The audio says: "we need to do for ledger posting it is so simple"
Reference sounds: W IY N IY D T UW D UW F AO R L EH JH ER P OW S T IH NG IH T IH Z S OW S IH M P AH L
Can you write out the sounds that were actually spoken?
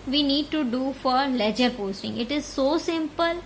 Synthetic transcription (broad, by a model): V IY N IY D T UW D UW F AO R L EH JH ER P OW S T IH NG IH T IH Z S OW S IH M P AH L